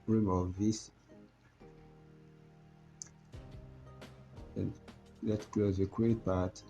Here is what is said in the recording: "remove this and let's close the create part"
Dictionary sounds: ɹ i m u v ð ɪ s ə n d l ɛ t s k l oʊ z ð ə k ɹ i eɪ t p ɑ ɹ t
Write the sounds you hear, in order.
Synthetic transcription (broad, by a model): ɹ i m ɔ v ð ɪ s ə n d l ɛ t k l oʊ z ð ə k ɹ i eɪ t p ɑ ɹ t